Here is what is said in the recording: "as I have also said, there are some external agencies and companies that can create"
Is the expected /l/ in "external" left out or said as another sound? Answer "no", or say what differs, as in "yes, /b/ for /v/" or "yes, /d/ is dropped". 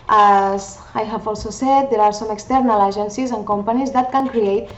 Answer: no